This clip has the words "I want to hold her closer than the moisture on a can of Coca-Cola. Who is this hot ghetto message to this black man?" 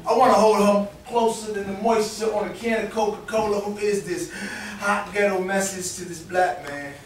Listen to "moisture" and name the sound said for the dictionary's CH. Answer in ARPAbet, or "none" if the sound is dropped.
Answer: S